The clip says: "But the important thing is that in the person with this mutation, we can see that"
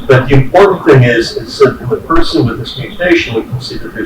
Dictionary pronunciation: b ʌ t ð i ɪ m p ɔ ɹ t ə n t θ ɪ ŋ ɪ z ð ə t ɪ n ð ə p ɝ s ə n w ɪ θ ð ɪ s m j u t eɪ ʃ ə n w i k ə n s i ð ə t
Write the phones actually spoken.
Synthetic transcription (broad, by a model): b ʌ t ð i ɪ m p ɔ ɹ t n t θ ɪ ŋ ɪ z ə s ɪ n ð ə p ɝ s ə n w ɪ ð ɪ s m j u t eɪ ʃ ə n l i k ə n s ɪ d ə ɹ